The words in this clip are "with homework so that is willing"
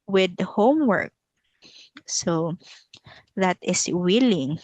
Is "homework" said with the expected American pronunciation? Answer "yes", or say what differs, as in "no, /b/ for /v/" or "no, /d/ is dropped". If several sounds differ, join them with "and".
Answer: yes